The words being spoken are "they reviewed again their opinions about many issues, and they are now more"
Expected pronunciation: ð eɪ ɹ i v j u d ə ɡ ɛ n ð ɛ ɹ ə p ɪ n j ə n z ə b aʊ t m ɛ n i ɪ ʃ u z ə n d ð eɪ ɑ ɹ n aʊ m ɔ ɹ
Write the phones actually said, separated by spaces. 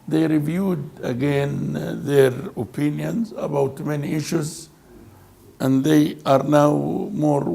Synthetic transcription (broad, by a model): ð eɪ ɹ i v j u d ə ɡ ɛ n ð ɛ ɹ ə p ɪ n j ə n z ə b aʊ t m ɛ n i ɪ ʃ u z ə n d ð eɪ ɑ ɹ n aʊ m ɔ ɹ